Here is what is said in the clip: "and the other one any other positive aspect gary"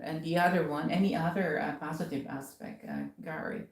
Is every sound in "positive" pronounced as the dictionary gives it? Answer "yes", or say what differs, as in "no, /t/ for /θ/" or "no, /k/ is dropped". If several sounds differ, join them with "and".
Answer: yes